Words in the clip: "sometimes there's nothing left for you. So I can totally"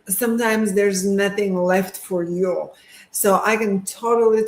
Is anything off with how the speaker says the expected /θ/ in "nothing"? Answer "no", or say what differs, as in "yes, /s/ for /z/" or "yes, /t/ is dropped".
no